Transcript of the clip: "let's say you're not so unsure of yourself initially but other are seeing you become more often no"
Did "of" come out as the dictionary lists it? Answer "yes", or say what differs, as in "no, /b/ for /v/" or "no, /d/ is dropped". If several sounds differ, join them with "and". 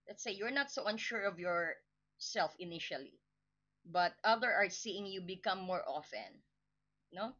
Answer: yes